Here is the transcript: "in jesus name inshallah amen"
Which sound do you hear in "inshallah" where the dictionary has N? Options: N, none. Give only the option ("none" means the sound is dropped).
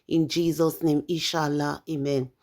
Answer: none